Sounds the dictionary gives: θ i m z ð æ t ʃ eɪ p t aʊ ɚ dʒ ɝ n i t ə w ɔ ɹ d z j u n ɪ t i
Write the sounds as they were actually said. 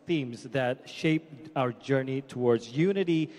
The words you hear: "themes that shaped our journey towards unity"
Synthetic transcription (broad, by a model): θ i m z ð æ t ʃ eɪ p aʊ ɚ dʒ ɝ n i t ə w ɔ ɹ d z j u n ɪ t i